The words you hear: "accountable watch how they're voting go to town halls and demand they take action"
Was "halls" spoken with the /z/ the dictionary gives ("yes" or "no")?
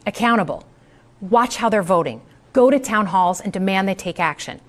yes